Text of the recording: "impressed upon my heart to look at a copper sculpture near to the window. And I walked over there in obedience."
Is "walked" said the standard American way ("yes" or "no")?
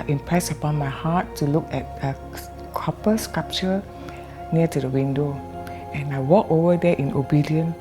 no